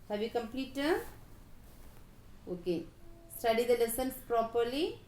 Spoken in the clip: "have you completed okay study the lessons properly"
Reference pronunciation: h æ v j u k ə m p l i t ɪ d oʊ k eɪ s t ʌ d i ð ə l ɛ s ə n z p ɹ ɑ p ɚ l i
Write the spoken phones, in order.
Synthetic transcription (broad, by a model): h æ v j u k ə m p l i t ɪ oʊ k eɪ s t ʌ d i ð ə l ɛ s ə n s p ɹ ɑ p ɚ l i